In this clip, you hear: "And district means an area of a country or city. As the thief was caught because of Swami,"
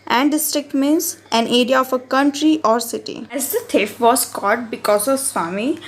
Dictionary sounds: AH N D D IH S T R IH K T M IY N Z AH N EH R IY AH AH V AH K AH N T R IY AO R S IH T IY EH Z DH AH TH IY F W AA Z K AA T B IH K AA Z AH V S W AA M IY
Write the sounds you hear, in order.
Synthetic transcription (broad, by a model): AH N D D IH S T R IH K T M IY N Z AH N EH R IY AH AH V AH K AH N T R IY AO R S IH T IY EH Z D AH T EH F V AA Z K AA T B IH K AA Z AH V S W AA M IY